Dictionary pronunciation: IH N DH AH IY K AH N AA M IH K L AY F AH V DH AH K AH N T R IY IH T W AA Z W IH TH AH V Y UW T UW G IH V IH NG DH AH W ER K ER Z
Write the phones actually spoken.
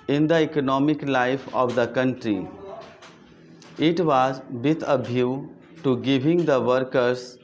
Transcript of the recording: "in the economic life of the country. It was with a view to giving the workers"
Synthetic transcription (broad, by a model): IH N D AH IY K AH N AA M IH K L AY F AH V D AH K AH N T R IY IH T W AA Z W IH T AH B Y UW T UW G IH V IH NG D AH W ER K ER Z